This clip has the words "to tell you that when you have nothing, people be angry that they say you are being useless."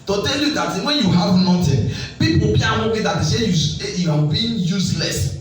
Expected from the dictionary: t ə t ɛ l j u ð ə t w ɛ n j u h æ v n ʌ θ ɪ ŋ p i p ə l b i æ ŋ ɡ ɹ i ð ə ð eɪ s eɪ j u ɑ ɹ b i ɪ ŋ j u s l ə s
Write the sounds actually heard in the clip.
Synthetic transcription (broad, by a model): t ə t ɛ l j u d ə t w ɛ n j u h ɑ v n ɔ t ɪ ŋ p i p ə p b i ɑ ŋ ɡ i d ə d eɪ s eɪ j u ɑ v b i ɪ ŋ j u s l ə s